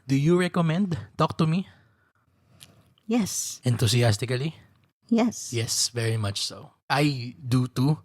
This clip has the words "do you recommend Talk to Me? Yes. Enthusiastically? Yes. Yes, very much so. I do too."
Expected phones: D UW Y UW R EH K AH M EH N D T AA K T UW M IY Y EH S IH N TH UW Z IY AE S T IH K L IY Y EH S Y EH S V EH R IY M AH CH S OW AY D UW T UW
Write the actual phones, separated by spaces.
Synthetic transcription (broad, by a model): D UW Y UW R EH K AH M EH N D T AA K T UW M IY Y EH S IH N T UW S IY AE S T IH K L IY Y EH S Y EH S V EH R IY M AH CH S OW AY D UW T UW